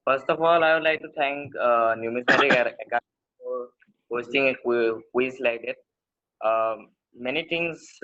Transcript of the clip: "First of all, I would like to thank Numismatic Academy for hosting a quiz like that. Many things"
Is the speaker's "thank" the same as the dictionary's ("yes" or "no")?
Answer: no